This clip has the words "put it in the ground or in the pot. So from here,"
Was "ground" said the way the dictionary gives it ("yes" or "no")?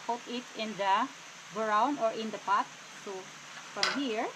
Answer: no